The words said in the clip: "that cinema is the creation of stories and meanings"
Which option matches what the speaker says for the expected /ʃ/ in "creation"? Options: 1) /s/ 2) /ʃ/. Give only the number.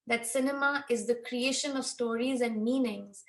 2